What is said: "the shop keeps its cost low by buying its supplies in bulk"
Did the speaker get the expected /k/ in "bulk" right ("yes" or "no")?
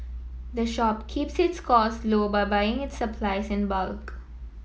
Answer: yes